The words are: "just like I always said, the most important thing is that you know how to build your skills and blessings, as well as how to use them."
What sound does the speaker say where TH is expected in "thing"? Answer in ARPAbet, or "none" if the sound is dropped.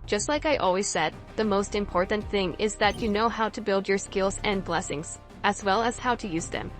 TH